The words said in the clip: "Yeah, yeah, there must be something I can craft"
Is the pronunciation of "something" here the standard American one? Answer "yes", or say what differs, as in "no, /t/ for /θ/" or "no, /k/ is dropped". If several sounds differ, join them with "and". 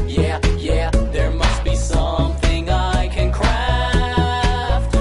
yes